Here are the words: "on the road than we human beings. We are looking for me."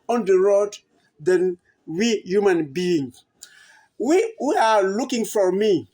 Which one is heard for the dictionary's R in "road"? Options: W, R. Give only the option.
R